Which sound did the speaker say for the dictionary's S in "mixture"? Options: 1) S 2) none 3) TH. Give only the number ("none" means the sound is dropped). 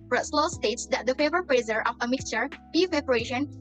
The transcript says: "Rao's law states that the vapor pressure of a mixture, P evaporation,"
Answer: 1